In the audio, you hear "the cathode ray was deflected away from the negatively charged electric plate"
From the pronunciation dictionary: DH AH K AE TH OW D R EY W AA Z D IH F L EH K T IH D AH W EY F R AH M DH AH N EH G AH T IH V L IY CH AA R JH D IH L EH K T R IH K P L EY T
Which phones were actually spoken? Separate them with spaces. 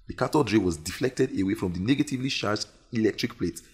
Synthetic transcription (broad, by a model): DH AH K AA T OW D R EY W AA Z D IH F L EH K T IH D AH W EY F R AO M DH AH N EH G AH T IH V L IY SH AA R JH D IH L EH K T R IH K P L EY T